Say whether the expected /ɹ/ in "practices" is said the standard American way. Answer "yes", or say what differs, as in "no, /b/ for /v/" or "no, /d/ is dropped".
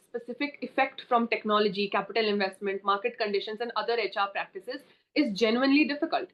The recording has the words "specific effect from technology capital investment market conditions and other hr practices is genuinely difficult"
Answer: yes